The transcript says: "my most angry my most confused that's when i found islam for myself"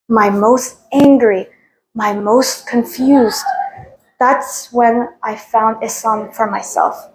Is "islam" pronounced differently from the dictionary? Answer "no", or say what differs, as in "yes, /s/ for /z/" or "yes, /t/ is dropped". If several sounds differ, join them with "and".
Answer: yes, /l/ is dropped